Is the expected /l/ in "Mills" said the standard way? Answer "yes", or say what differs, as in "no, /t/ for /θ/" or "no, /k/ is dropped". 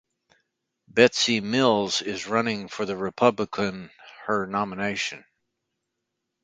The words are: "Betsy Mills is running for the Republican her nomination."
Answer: yes